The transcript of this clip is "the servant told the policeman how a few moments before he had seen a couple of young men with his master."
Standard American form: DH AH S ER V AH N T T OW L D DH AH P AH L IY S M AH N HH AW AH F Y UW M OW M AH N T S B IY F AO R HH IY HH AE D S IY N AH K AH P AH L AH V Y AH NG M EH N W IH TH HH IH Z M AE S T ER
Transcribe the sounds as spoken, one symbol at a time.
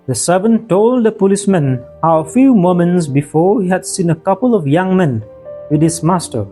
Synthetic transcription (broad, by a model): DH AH S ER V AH N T T OW L D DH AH P AH L IY S M AH N HH AW AH F Y UW M OW M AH N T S B IY F AO R HH IY HH AE D S IY N AH K AH P AH L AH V Y AH NG M EH N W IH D HH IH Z M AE S T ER